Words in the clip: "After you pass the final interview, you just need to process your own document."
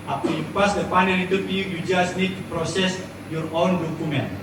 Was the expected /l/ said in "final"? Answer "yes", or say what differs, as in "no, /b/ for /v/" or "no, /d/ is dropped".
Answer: no, /n/ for /l/